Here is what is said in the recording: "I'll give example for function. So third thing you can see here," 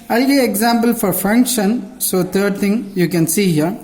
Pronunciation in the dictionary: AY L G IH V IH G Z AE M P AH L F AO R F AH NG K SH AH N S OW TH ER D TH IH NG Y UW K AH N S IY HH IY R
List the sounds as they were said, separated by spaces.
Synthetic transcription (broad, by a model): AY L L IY IH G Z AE M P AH L F AO R F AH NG K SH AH N S OW T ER D T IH NG Y UW K AH N S IY HH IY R